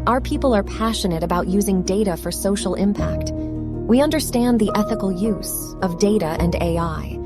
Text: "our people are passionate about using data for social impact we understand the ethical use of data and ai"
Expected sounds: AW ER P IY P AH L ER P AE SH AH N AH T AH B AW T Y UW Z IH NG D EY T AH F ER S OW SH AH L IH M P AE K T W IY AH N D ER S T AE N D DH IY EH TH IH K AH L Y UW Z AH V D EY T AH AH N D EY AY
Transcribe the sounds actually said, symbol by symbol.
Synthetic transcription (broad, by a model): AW ER P IY P L ER P AE SH AH N AH T AH B AW T Y UW Z IH NG D EY T AH F ER S OW SH L IH M P AE K T W IY AH N D ER S T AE N DH IY EH TH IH K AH L Y UW Z AH V D EY T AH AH N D EY AY